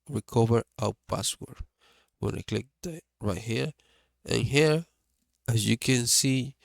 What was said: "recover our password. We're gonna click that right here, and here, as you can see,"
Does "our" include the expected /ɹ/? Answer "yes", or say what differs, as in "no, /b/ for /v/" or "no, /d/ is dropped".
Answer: no, /w/ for /ɹ/